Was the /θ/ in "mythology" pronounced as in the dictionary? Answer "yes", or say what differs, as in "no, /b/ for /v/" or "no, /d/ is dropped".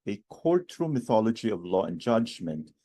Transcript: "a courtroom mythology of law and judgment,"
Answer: yes